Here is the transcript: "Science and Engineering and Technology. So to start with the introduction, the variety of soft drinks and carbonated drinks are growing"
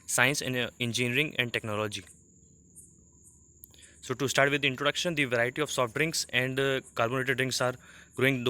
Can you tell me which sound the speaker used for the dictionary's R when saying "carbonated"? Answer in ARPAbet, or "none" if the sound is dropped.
L